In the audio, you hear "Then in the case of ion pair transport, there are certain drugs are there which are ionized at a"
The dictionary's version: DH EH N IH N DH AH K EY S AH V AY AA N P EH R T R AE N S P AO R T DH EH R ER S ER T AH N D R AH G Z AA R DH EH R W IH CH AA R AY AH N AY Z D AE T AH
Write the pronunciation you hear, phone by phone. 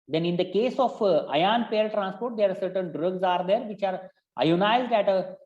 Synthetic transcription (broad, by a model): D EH N IH N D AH K EY S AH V AY AA N P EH L T R AE N S P AO R T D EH R S ER T AH N D R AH G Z AA R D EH R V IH CH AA R AY AH N AY Z D AE T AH